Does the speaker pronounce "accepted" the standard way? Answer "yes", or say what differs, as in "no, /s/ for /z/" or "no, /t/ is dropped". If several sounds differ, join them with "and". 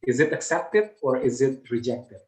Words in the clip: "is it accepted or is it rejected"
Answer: yes